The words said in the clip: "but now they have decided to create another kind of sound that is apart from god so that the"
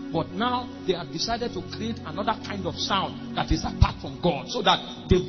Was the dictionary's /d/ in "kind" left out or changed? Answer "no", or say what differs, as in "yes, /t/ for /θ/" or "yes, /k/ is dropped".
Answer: no